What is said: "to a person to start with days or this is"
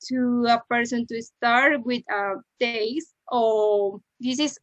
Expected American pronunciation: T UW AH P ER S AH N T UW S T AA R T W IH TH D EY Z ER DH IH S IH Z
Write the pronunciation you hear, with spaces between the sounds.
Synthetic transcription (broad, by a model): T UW AH P ER S AH N T UW S T AA R T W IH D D EY S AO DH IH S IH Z